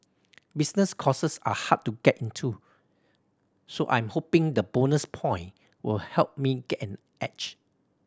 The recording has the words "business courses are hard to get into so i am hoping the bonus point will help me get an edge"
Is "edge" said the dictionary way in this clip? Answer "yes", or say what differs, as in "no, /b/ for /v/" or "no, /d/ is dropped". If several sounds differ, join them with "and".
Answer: no, /tʃ/ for /dʒ/